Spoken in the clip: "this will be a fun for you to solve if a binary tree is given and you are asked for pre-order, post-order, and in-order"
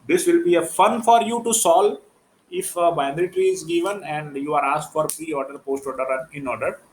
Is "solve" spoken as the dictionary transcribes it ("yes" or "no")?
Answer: no